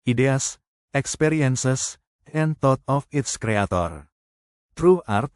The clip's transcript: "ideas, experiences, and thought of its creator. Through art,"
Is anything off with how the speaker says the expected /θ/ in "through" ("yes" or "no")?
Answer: yes